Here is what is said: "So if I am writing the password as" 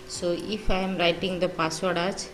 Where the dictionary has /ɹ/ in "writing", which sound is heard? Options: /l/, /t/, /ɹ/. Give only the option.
/ɹ/